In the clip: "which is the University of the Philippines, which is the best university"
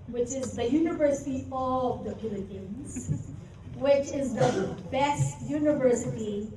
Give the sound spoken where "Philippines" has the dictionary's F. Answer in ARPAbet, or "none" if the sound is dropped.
P